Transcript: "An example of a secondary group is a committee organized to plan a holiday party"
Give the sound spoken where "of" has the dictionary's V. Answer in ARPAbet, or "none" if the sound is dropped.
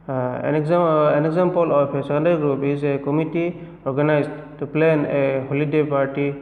P